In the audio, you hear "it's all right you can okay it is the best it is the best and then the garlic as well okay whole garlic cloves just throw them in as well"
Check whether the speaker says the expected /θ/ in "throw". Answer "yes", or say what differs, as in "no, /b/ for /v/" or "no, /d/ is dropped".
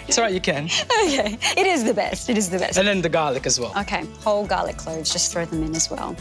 yes